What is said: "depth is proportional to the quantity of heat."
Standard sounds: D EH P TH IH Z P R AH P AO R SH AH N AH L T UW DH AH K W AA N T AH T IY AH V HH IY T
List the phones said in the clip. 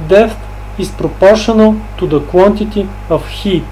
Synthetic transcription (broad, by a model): D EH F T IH S P R AH P AO R SH AH N AH L T UW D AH K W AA N T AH T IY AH F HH IY T